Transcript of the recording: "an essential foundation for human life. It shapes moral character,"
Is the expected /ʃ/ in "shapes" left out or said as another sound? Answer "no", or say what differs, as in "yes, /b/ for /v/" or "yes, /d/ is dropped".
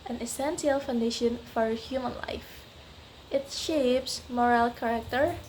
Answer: no